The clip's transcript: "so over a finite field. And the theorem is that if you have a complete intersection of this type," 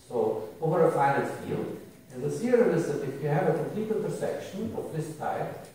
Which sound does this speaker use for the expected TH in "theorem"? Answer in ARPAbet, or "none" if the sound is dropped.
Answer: S